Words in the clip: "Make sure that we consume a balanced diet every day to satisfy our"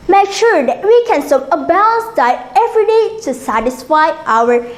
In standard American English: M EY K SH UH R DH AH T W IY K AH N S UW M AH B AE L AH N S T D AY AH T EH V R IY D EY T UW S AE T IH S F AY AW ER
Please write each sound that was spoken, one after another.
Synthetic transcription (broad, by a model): M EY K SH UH R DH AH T W IY K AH N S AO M AH B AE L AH N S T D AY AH EH V R IY D EY T UW S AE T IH S F AY AW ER